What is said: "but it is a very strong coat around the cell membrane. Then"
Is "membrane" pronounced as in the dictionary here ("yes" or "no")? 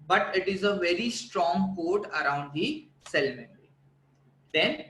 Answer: no